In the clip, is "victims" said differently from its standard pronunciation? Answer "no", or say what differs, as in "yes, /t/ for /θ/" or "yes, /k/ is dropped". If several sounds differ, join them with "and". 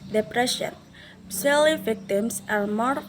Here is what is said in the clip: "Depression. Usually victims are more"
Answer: yes, /s/ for /z/